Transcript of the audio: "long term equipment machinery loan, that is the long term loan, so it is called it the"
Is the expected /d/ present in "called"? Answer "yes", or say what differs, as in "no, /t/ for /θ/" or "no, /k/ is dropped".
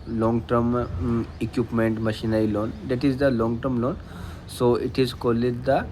no, /d/ is dropped